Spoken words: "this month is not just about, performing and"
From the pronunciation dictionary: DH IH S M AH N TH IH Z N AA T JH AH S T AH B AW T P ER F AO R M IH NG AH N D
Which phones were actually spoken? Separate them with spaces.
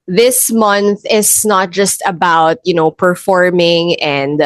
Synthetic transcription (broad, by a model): DH IH S M AH N TH IH S N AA T JH AH S T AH B AW T P ER F AO R M IH NG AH N D